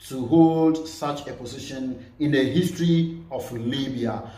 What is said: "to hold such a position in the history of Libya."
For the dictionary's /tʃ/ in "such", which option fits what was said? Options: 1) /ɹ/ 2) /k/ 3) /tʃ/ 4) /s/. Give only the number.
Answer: 3